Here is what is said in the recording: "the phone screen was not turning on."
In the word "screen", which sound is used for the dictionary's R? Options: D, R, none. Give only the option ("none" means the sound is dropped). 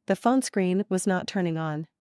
R